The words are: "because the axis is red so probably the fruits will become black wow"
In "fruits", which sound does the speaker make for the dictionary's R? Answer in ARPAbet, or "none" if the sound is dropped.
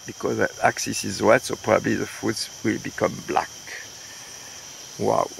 none